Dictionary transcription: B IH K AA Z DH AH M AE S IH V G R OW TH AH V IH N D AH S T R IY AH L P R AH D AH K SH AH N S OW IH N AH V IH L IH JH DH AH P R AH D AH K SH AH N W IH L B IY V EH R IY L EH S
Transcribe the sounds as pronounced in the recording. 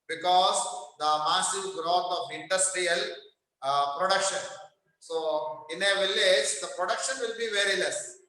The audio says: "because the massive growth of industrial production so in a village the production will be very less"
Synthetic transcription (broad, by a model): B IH K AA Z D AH M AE S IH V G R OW T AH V IH N D AH S T R IY AH L P R AH D AH K SH AH N S OW IH N AH V IH L IH JH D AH P R AH D AH K SH AH N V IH L B IY V EH R IY L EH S